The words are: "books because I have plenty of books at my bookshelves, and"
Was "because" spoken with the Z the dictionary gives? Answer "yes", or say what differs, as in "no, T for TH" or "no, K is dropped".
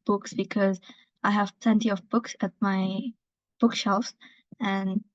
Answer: yes